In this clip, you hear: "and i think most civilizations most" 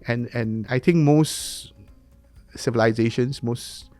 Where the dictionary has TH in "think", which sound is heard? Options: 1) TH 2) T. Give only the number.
2